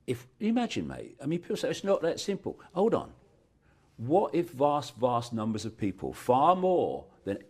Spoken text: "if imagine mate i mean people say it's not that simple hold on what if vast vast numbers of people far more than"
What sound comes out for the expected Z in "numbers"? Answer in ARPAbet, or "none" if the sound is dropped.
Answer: Z